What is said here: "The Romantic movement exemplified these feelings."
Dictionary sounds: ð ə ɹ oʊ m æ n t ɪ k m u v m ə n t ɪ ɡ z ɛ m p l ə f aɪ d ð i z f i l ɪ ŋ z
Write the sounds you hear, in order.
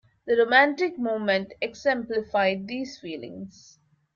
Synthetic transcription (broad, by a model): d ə ɹ oʊ m æ n t ɪ k m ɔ m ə n t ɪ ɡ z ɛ m p l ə f aɪ d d i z f i l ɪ ŋ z